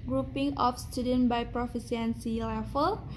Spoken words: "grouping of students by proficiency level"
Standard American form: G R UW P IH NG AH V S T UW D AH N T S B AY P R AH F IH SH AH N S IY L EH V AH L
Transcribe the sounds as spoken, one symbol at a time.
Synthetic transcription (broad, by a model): G R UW P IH NG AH F S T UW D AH N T B AY P R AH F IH S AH N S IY L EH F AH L